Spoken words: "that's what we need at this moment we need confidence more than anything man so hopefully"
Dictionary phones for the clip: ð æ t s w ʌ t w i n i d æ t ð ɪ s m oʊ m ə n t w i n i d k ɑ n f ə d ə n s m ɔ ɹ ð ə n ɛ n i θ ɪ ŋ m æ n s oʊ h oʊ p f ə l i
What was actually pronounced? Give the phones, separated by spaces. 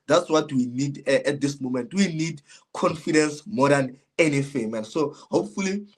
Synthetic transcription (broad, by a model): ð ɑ t s w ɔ t w i n i d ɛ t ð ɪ s m oʊ m ə n t w i n i d k ɑ n f ə d ə n s m ɔ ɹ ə n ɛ n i f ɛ m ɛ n s oʊ h oʊ p f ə l i